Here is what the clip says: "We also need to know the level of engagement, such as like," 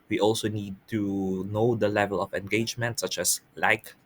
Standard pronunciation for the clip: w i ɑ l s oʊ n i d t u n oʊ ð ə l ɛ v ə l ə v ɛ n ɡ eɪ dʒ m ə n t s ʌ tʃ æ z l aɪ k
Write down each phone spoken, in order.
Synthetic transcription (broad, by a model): w i ɑ l s oʊ n i d t u n oʊ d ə l ɛ v ə l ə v ɛ n ɡ eɪ dʒ m ə n t s ʌ tʃ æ s l aɪ k